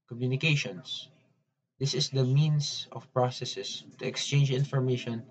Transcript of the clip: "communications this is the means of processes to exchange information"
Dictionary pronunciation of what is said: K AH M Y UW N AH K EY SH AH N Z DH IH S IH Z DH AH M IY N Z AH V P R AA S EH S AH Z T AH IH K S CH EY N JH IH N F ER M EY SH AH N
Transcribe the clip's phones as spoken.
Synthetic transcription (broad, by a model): K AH M Y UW N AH K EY SH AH N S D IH S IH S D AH M IY N S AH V P R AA S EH S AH S T AH IH K S CH EY N JH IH N F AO M EY SH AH N